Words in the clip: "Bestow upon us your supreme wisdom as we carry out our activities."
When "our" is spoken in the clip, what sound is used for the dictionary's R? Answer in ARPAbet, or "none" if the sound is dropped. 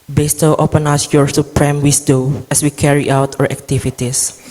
R